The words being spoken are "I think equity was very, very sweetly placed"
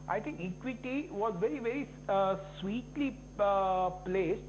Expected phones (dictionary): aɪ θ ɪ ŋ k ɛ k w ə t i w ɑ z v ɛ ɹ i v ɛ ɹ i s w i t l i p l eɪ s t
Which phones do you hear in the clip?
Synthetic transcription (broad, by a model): aɪ t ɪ ŋ k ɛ k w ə t i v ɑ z v ɛ ɹ i v ɛ ɹ i s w i t l i p l eɪ s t